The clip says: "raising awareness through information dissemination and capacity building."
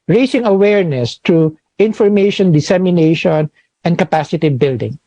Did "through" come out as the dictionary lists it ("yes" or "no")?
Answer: no